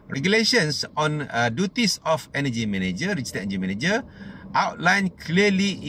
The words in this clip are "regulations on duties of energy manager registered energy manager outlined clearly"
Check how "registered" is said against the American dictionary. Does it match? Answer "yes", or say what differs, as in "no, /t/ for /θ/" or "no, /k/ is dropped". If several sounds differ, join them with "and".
no, /d/ is dropped